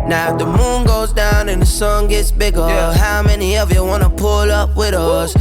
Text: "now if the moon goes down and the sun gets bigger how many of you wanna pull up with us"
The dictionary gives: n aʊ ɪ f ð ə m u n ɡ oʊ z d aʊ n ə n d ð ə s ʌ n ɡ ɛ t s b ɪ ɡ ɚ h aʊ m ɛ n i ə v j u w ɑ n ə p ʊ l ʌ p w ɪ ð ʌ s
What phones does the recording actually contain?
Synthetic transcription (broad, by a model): n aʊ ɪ ð ə m u n ɡ oʊ z d aʊ n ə n ð ə s ʌ n ɡ ɛ t s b ɪ ɡ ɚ h aʊ m ɛ n i ə v j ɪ w ɑ n ə p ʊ l ʌ p w ɪ ð ʌ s